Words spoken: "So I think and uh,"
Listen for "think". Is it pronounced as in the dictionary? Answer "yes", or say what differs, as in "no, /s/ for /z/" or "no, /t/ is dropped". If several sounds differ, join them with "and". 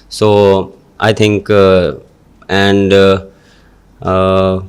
no, /t/ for /θ/